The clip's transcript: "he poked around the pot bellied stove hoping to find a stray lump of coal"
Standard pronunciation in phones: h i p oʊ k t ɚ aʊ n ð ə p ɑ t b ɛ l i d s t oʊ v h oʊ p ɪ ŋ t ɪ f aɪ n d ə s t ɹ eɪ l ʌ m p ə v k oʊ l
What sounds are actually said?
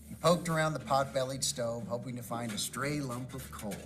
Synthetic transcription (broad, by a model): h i p oʊ k t ɚ aʊ n ð ə p ɑ t b ɛ l i d s t oʊ v h oʊ p ɪ ŋ t ɪ f aɪ n d ə s t ɹ eɪ l ʌ m p ə v k oʊ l